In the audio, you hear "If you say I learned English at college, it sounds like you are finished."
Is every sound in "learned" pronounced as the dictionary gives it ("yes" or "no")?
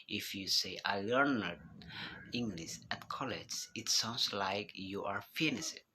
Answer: yes